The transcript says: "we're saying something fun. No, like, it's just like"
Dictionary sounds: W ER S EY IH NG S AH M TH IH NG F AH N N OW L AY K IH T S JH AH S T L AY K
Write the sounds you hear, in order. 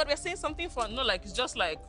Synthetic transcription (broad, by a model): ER S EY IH S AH M T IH NG F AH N N OW L AY K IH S JH AH S T L AY K